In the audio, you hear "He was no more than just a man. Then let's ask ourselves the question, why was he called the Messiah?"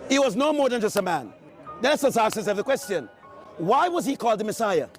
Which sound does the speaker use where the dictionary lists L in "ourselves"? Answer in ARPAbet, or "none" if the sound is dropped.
none